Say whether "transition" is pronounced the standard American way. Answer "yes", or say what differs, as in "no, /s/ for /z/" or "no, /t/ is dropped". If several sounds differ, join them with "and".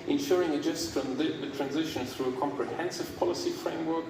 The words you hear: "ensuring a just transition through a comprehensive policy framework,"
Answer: yes